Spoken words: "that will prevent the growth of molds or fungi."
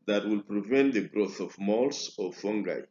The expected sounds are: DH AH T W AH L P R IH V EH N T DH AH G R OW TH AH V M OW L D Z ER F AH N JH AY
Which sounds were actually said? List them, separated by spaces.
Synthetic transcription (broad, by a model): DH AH T W AH L P R IH V EH N T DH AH G R OW TH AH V M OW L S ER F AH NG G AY